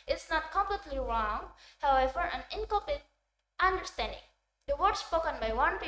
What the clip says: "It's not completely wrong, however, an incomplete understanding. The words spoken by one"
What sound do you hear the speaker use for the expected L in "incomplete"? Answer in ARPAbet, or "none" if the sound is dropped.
none